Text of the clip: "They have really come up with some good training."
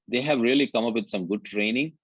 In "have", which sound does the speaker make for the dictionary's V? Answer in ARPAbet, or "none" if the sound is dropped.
V